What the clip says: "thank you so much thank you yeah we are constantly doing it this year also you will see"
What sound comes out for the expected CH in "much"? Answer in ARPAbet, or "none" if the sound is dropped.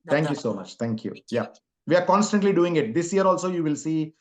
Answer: CH